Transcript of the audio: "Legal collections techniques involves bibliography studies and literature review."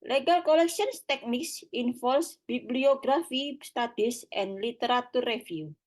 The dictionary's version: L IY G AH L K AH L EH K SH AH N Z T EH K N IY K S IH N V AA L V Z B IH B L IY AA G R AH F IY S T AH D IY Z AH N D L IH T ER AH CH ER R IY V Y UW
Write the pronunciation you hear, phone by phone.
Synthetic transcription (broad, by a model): L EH G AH L K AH L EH K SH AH N S T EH K N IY K S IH N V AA L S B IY B L IY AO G R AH F IY S T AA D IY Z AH N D L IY T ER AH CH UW R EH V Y UW